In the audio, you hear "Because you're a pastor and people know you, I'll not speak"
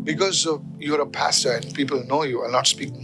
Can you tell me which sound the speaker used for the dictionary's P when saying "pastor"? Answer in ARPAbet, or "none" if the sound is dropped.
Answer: P